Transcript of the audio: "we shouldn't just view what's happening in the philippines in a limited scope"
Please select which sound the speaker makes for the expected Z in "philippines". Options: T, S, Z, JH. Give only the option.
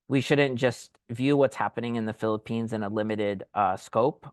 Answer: Z